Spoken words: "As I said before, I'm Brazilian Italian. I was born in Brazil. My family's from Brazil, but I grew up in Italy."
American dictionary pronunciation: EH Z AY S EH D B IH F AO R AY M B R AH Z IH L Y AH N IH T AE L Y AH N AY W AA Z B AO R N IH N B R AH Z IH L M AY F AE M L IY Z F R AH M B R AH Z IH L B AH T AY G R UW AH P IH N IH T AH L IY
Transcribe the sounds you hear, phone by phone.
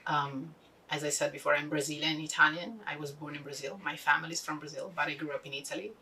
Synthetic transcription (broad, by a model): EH Z AY S EH D B IH F AO R AY M B R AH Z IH L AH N IH T AE L Y AH N AY W AA Z B AO R N IH N B R AH Z IH L M AY F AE M L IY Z F R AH M B R AH Z IH L B AH T AY G R UW AH P IH N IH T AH L IY